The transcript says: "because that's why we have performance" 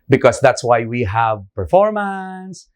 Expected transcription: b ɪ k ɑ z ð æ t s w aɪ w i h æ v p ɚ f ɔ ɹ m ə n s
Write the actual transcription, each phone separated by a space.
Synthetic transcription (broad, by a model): b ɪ k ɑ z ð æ t s w aɪ w i h æ v p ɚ f ɔ ɹ m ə n s